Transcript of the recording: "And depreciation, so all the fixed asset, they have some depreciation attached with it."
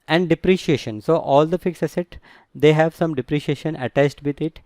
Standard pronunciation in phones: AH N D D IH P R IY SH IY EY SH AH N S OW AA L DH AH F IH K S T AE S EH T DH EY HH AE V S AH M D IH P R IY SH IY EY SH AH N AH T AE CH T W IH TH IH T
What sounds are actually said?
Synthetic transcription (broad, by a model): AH N D D IH P R IY SH IY EY SH AH N S OW AA L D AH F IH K S AE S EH T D EY HH AE V S AH M D IH P R IY SH IY EY SH AH N AH T AE CH T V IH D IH T